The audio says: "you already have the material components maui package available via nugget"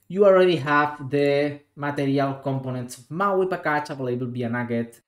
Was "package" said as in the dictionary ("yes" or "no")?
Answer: no